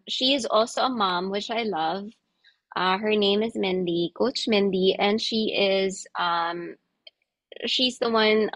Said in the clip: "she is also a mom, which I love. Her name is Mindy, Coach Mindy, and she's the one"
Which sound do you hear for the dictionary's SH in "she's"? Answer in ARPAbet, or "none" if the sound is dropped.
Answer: SH